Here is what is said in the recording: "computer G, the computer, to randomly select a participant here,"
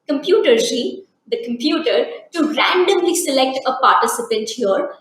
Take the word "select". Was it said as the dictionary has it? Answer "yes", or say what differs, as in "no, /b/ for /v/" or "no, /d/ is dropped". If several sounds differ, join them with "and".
yes